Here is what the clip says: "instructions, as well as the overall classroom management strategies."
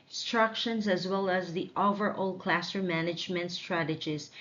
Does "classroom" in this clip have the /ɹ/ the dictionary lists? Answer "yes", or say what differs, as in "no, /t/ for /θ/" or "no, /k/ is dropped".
no, /ɹ/ is dropped